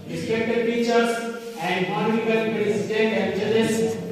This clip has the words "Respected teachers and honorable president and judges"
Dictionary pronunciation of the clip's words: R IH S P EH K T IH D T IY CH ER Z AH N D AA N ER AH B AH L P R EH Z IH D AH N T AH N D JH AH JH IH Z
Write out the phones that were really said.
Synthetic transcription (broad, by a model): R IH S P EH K T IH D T IY CH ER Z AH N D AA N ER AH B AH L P R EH S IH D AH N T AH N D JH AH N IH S